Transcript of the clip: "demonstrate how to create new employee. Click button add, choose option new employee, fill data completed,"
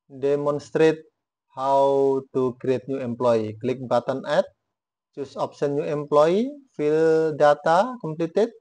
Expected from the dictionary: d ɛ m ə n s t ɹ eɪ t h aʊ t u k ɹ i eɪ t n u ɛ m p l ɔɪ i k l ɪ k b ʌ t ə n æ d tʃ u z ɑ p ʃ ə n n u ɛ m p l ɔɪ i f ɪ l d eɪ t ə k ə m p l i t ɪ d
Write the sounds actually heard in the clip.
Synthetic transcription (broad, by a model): d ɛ m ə n s t ɹ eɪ t h aʊ t u k ɹ i eɪ t n u ɛ m p l ɔɪ i k l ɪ k b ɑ t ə n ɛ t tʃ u s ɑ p s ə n n u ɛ m p l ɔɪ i f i l d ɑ t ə k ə m p l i t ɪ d